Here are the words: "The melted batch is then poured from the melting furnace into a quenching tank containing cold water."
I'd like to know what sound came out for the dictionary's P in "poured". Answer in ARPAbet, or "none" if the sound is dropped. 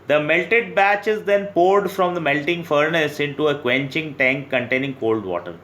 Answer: P